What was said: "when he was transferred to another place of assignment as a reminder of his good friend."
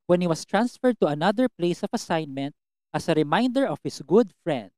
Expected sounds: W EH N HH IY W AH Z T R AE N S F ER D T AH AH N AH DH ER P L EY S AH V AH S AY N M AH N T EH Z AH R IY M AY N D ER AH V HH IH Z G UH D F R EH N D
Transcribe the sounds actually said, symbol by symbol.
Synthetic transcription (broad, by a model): W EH N HH IY W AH S T R AE N S F ER D T AH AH N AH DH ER P L EY S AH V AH S AY N M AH N T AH S AH R IY M AY N D ER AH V HH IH S G UH D F R EH N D